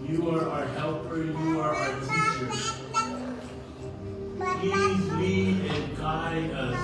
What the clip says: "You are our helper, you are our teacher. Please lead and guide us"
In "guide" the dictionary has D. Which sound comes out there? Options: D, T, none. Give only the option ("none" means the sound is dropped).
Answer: none